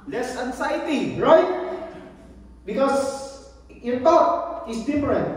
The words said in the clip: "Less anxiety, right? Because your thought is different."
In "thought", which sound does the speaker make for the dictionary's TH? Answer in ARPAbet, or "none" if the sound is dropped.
T